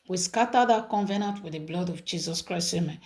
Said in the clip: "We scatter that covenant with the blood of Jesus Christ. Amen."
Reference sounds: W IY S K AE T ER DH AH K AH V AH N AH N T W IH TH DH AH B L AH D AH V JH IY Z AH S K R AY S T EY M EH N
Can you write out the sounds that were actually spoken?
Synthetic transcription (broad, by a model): W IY S K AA T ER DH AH K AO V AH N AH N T W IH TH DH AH B L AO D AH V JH IY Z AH S K R AY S EY M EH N